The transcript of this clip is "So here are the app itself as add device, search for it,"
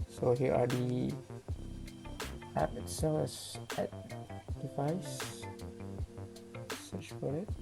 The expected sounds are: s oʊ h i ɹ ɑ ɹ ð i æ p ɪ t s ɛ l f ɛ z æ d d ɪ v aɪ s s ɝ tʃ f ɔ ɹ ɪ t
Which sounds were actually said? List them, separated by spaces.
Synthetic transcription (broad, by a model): s oʊ h i ɹ ɑ ɹ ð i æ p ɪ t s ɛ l ɛ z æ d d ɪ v aɪ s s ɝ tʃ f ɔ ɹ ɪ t